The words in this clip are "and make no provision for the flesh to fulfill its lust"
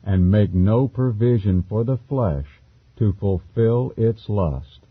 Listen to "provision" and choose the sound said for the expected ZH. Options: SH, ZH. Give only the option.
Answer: ZH